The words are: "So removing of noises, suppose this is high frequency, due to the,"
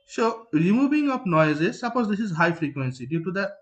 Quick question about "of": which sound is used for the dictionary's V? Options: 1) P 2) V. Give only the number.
1